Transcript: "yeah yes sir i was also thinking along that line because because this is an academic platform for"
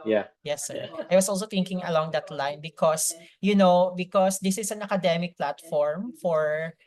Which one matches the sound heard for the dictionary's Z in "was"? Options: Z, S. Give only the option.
S